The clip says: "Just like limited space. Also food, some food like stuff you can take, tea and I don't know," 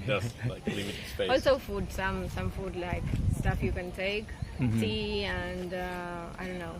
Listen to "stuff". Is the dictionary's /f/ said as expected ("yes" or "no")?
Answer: yes